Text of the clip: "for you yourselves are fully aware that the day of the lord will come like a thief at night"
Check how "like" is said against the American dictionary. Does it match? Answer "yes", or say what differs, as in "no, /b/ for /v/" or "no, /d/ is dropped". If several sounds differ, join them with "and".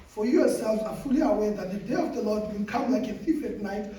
yes